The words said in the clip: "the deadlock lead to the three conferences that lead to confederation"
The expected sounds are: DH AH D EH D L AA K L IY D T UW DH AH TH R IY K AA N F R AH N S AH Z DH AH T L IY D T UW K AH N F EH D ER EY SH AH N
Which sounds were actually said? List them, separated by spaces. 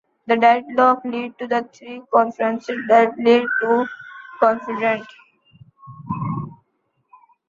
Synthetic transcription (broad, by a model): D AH D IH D L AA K L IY D T UW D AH T R IY K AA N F R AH N S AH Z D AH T L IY D T UW K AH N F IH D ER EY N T